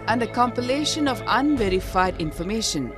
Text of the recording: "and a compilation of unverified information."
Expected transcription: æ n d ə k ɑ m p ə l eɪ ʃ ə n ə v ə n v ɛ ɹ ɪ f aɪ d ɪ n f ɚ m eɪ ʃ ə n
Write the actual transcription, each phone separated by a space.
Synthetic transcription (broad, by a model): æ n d ə k ɑ m p ə l eɪ ʃ ə n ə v ə n v ɛ ɹ ɪ f aɪ d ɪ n f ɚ m eɪ ʃ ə n